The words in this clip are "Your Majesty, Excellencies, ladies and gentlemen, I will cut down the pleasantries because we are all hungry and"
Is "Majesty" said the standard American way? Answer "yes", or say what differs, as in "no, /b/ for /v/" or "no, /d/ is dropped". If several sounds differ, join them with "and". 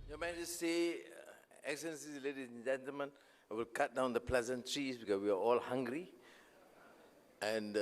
no, /s/ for /t/